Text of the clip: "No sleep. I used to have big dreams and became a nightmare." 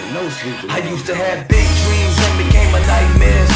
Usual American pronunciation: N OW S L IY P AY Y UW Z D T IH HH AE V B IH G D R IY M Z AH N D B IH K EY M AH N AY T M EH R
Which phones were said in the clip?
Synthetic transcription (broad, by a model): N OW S IY AY Y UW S T IH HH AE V B IH G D R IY M Z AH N B IH K EY M AH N AY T M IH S